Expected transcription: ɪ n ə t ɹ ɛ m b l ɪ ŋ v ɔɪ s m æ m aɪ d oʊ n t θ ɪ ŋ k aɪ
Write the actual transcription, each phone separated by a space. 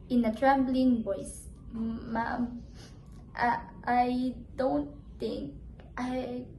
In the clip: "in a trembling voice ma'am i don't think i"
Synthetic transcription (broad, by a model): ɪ n ə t ɹ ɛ b l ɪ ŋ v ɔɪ s m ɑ aɪ d oʊ n t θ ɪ ŋ k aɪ